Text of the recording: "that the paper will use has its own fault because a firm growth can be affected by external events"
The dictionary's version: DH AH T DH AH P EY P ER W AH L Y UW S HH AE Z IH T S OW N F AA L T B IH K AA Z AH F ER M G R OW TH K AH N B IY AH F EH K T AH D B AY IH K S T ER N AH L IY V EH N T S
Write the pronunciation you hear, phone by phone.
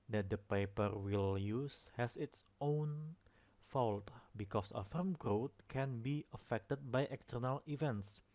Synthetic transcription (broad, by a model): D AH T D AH P EY P ER W AH L Y UW S HH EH S IH T S OW N F AA L T B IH K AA S AH F ER M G R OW T K AH N B IY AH F EH K T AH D B AY IH K S T ER N AH L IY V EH N T S